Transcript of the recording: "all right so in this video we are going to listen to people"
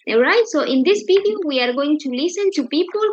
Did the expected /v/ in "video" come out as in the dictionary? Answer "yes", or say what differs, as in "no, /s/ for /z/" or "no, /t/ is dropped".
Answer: no, /b/ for /v/